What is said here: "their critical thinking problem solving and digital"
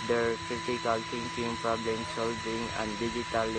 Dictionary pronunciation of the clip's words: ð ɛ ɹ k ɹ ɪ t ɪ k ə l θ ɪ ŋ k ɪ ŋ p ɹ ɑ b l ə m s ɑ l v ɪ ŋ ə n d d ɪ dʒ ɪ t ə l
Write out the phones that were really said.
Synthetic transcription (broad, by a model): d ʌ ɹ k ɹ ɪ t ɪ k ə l s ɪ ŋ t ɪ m p ɹ ɑ b l ə m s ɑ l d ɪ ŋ ə n d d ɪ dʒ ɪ t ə l